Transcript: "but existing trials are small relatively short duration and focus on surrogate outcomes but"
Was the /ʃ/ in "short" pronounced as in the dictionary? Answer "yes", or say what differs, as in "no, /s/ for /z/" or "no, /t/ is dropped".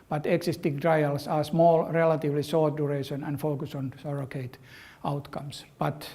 no, /s/ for /ʃ/